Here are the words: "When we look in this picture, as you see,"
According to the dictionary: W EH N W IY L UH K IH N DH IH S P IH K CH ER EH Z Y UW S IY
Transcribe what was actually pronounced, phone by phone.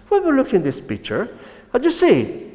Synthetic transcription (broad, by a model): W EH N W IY L UH K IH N DH IH S P IH K CH ER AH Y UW S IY